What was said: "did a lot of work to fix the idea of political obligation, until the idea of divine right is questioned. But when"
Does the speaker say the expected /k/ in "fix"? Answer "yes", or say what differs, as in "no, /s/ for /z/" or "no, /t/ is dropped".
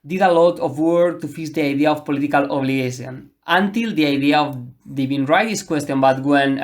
no, /k/ is dropped